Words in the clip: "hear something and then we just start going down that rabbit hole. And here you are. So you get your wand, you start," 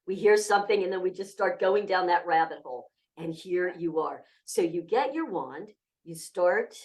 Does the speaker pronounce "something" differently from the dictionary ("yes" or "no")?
no